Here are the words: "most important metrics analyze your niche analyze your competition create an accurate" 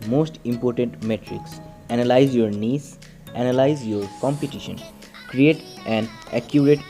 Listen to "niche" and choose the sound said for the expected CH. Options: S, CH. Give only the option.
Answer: S